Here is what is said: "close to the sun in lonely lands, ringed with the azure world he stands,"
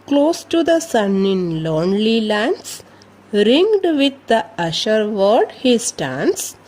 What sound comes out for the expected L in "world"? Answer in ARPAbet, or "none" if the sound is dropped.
none